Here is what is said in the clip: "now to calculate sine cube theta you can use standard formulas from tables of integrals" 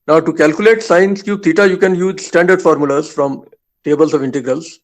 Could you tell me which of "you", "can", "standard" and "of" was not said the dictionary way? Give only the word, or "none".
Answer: none